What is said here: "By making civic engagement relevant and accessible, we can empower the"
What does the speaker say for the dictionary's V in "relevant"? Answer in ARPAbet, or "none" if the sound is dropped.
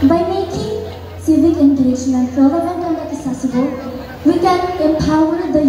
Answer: B